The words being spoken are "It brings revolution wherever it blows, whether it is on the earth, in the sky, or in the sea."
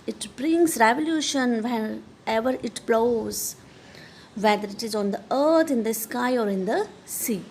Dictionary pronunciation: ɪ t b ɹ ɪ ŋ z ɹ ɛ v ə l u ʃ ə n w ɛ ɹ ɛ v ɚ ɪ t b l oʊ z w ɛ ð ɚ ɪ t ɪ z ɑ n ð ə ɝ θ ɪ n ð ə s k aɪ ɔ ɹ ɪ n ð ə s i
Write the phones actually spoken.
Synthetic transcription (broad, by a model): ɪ t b ɹ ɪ ŋ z ɹ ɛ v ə l u ʃ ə n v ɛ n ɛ v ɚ ɪ t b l oʊ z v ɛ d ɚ ɪ t ɪ z ɑ n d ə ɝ t ɪ n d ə s k aɪ ɔ ɹ ɪ n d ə s i